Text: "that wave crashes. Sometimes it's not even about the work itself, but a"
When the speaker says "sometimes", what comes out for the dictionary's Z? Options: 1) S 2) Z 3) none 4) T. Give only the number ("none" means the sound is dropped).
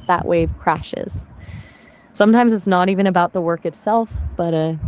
2